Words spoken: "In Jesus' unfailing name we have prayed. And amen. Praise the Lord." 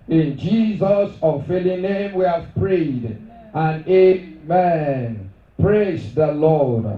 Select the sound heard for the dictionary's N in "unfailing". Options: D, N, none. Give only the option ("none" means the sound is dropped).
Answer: none